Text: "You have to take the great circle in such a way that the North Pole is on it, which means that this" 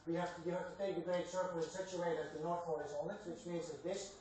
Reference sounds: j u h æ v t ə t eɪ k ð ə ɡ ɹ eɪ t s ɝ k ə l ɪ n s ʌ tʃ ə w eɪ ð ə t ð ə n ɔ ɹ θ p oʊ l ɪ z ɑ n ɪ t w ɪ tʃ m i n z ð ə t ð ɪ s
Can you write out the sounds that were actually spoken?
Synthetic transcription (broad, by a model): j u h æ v t ə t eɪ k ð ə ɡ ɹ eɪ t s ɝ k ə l ɪ n s ʌ tʃ ə w eɪ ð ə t ð ə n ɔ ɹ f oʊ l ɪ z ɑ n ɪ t w ɪ tʃ m i n z ð ə t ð ɪ s